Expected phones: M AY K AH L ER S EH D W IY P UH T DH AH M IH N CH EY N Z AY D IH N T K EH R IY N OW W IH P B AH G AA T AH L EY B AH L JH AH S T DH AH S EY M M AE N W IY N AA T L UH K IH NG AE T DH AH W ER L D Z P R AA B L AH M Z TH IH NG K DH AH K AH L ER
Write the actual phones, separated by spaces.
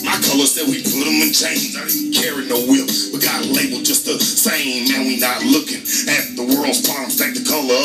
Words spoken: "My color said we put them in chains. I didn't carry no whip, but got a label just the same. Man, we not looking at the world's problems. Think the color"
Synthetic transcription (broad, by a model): M AY K AH L ER S EH D W IY P UH T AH M IH N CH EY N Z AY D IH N K EH R IY N OW W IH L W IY G AA T AH L EY B L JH AH S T DH AH S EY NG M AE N W IY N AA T L UH K IH NG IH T DH AH W ER L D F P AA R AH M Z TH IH K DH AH K AH L ER